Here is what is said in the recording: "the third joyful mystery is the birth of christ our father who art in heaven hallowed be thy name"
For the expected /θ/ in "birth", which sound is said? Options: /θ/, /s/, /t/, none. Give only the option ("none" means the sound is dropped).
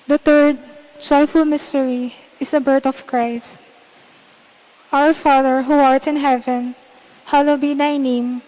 /t/